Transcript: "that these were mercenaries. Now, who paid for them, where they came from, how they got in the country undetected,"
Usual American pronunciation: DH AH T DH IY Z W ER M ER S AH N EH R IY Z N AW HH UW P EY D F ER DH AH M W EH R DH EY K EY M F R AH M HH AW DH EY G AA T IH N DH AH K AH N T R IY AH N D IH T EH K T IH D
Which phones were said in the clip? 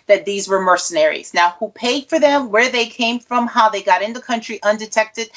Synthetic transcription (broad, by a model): DH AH T DH IY Z W ER M ER S AH N EH R IY Z N AW HH UW P EY D F ER DH AH M W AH R DH EY K EY M F R AH M HH AW DH EY G AA T IH N DH AH K AH N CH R IY AH N D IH T EH K T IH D